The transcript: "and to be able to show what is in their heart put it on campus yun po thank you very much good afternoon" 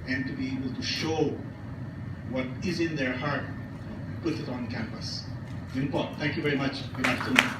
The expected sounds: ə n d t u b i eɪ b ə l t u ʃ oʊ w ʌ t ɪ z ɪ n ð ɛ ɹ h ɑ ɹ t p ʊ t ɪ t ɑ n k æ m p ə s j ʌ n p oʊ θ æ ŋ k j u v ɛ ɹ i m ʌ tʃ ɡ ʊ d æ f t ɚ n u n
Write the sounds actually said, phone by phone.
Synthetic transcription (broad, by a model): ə n t u b i eɪ b ə l t u ʃ oʊ w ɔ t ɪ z ɪ n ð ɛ ɹ h ɑ ɹ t p ʊ t ɪ t ɑ n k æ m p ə s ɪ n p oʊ t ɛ ŋ k j u v ɛ ɹ i m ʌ tʃ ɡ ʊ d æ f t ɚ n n